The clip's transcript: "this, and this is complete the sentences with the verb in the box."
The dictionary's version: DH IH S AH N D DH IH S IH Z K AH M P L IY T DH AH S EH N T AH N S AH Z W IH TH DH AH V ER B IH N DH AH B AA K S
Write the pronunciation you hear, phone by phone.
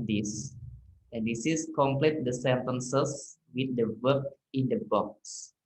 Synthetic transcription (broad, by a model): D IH S AH N D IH S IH S K AH M P L IY T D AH S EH N T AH N S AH S W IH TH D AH W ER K IH N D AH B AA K S